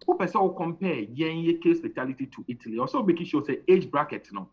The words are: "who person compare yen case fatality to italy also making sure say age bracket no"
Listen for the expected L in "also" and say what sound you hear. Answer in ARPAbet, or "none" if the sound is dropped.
none